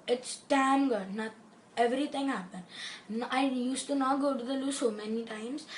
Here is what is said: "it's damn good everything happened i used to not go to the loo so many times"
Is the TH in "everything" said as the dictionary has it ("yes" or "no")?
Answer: no